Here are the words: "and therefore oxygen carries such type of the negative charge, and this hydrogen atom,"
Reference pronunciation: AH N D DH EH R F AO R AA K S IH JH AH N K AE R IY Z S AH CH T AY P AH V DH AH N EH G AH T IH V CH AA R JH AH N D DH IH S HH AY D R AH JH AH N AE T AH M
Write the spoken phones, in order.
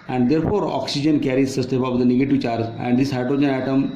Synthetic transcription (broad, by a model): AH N D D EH R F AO R AA K S IH JH AH N K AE R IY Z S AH S T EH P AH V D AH N EH G AH T IH V CH AA R JH AH N D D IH S HH AY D R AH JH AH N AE T AH M